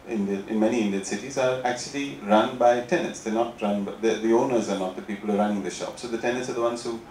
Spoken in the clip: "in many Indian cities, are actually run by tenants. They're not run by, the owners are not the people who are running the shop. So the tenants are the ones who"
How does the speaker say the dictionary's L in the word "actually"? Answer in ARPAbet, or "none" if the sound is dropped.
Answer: L